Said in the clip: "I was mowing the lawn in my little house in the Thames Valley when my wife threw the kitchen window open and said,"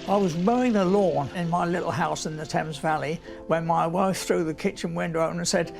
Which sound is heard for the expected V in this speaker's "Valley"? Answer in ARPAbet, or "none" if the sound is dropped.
V